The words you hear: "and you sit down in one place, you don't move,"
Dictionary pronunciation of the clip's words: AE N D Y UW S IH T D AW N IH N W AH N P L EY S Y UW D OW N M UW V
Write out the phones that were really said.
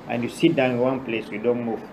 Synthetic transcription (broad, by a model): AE N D Y UW S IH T D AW IH N W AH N P L EY S Y UW D OW N M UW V